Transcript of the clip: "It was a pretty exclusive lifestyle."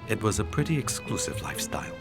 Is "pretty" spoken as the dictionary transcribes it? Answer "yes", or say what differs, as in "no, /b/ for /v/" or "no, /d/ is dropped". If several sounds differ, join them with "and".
yes